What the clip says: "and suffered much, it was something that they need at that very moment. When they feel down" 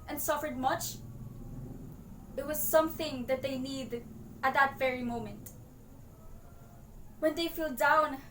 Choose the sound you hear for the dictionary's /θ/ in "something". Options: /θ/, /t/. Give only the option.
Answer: /θ/